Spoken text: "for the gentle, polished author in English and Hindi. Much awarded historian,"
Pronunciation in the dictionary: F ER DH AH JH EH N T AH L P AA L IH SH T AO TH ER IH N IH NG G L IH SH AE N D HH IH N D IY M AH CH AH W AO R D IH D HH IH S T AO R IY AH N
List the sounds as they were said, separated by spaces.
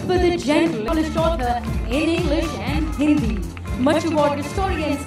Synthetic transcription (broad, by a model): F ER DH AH JH EH N T AH L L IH S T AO T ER IH N IH NG G L IH SH AE N D HH IH N D IY M AH CH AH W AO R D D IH S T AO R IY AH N